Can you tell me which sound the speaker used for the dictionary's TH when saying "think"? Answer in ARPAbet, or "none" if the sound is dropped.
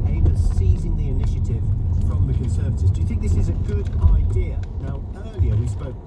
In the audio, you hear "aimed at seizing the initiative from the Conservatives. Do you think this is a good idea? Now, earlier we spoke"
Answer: TH